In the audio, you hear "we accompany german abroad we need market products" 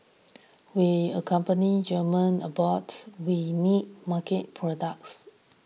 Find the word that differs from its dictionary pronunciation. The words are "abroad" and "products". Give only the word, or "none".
abroad